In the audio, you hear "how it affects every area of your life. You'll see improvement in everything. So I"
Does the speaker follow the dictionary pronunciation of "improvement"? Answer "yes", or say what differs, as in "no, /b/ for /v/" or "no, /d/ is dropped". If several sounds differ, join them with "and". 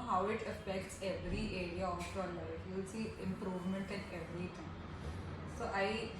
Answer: yes